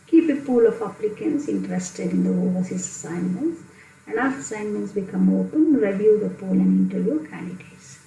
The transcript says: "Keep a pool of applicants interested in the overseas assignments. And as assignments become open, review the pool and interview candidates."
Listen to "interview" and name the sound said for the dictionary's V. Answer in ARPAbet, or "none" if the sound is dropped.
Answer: none